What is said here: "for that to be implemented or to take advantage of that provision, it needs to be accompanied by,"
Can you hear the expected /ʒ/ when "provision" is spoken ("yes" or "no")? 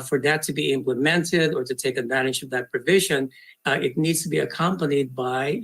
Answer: yes